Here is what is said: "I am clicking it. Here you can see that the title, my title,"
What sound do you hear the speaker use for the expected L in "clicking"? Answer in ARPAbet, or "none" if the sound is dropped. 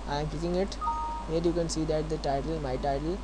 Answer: none